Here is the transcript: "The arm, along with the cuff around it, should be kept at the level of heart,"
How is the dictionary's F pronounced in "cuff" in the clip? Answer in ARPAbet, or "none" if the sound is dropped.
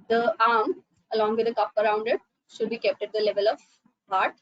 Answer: P